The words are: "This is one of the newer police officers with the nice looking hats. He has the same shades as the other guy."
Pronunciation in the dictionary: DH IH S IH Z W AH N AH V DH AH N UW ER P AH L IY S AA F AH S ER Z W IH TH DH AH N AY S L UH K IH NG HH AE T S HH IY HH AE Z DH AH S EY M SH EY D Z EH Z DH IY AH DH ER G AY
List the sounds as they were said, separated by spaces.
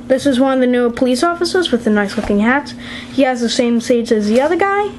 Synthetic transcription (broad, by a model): DH IH S IH Z W AH N AH V DH AH N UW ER P AH L IY S AA F AH S ER Z W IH DH AH N AY S L UH K IH NG HH AE T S HH IY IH Z DH AH S EY M S EY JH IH Z DH IY AH DH ER G AY